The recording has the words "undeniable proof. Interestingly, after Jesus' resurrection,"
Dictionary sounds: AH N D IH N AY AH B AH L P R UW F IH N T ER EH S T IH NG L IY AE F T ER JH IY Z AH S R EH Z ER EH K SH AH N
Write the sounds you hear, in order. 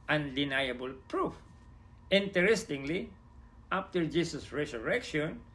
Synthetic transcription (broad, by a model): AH N D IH N AY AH B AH L P R UW F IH N T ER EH S T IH NG L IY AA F T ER JH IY S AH S R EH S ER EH K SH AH N